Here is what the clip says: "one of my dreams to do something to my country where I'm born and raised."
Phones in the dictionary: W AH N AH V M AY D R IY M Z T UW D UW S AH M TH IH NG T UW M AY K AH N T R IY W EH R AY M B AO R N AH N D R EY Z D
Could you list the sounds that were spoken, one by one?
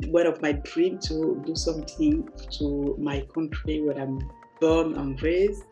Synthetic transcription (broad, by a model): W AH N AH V M AY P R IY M T UW D UW S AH M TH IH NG T UW M AY K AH N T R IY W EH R AY M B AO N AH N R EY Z